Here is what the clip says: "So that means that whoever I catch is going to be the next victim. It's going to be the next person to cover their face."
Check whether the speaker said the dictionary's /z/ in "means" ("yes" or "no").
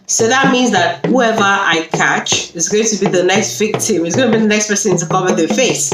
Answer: yes